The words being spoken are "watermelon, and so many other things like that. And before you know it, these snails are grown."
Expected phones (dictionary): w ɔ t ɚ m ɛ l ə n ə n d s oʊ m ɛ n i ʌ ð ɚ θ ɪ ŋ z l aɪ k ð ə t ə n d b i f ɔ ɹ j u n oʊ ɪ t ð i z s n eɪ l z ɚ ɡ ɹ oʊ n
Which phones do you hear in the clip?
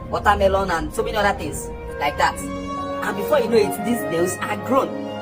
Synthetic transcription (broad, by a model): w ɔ t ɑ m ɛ l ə n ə n s oʊ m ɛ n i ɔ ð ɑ t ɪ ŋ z l aɪ k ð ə t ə n b i f ɔ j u n oʊ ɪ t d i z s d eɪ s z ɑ ɡ ɹ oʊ n